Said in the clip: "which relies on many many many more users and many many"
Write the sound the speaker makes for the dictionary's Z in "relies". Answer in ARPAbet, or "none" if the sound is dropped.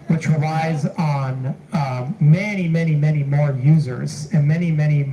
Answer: Z